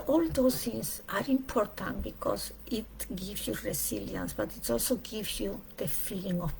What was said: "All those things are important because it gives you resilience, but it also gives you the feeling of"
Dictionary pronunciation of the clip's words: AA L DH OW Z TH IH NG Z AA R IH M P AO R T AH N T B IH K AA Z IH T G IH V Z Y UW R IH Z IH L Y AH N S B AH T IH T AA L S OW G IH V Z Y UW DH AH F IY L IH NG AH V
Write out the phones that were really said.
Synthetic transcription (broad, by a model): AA L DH OW S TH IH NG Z AA R IH M P AO R T AH N T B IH K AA S IH T G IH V S Y UW R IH S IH L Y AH N S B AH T IH T AA L S OW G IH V S Y UW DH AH F IY L IH NG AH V